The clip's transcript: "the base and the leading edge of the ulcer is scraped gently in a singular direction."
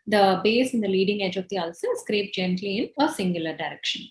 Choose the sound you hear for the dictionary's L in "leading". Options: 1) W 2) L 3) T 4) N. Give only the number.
2